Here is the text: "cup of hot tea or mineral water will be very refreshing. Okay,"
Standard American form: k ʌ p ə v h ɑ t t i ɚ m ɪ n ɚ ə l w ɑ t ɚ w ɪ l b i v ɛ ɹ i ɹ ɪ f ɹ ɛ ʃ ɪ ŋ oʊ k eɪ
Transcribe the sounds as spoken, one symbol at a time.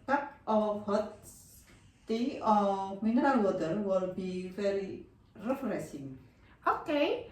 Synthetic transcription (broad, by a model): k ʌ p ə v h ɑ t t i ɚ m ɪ n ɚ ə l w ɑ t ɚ w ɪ l b i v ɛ ɹ i ɹ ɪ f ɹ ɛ s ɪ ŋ oʊ k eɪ